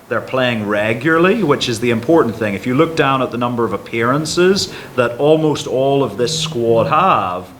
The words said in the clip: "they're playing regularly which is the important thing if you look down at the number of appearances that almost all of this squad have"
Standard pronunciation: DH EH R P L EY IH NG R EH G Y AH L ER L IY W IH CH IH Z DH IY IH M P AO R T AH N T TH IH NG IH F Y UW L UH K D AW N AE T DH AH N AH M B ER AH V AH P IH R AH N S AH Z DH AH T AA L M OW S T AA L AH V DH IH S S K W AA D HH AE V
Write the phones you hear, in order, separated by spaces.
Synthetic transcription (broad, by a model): DH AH R P L EY IH NG R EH G Y L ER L IY W IH CH IH Z DH IY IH M P AO R T N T TH IH NG IH F Y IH L UH K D AW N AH T DH AH N AH M B ER AH V AH P IH R AH N S AH Z DH AH T AA L M OW S T AA L AH V DH IH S S K W AA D HH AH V